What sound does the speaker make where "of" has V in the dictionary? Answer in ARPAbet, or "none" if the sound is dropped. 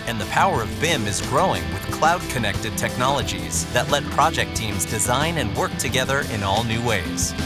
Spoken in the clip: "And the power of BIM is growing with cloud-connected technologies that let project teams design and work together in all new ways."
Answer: V